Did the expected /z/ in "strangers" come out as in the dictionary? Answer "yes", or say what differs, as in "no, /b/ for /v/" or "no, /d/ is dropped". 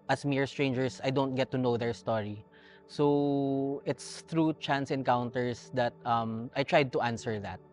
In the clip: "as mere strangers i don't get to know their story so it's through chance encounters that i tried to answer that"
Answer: no, /s/ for /z/